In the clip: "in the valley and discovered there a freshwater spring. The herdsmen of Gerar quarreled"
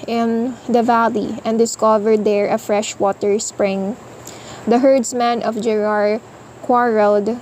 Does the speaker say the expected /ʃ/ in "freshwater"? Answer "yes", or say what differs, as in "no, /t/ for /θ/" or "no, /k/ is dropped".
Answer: yes